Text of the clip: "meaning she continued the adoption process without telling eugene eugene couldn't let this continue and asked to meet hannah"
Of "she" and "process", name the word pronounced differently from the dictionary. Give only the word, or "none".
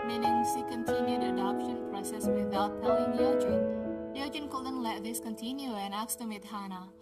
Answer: she